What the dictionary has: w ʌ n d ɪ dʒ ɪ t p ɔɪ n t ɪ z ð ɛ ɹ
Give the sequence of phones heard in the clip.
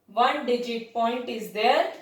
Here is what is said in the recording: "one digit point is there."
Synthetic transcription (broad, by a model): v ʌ n d ɪ dʒ ɪ t p ɔɪ n t ɪ z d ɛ ɹ